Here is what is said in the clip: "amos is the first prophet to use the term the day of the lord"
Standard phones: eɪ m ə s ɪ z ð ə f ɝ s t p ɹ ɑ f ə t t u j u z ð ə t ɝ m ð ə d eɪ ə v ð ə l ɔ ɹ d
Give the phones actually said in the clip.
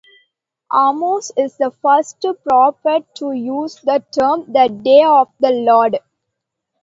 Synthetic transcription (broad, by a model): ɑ m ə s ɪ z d ə f ɝ s t p ɹ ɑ p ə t t u j u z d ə t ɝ m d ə d eɪ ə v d ə l ɔ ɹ d